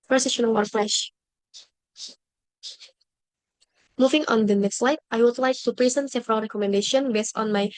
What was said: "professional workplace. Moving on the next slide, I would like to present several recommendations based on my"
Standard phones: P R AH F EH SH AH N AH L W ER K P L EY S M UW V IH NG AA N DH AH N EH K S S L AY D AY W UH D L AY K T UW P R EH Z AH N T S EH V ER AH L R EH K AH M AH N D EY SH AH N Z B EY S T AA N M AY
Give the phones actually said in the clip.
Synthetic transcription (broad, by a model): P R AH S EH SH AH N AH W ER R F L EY SH M UW V IH NG AA N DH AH N EH K S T L AY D AY W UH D L AY K T UW P R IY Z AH N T S EH V ER AH L R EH K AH M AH N D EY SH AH N B EY S T AA N M AY